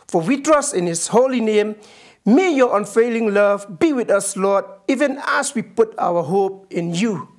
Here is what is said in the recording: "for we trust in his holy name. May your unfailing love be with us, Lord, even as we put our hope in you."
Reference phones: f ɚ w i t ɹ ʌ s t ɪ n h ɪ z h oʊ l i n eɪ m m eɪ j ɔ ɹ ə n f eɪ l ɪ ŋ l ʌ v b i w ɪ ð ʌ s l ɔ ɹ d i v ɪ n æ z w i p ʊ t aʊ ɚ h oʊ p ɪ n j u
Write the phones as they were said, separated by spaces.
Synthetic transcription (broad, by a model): f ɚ w i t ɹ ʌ s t ɪ n h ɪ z h oʊ l i n eɪ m m eɪ j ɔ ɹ ə n f eɪ l ɪ ŋ l ʌ v b i w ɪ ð ʌ s l ɔ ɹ d i v ɪ n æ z w i p ʊ t aʊ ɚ h oʊ p ɪ n j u